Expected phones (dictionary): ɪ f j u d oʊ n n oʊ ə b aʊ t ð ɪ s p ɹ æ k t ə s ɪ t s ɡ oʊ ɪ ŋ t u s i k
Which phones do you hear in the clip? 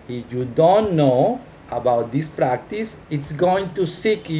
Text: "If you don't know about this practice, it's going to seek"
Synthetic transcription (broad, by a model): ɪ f j u d oʊ n n oʊ ə b aʊ t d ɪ s p ɹ æ k t ə s ɪ t s ɡ oʊ ɪ ŋ t u s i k